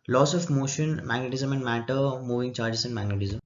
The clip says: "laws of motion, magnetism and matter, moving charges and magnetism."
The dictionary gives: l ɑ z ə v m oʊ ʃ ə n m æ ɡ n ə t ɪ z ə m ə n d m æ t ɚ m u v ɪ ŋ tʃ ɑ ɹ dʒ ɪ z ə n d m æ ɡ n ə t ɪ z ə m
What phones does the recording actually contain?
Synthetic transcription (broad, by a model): l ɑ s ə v m oʊ ʃ ə n m æ ɡ n ə t ɪ z ə m ə n d m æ t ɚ m u v ɪ ŋ tʃ ɑ ɹ dʒ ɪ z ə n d m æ ɡ n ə t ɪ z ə m